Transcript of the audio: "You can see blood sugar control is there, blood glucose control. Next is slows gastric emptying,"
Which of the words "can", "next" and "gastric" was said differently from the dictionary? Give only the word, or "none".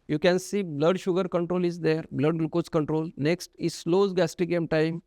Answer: gastric